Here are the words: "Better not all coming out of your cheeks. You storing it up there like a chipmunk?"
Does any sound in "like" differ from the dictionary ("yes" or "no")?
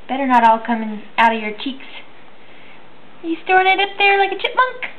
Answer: no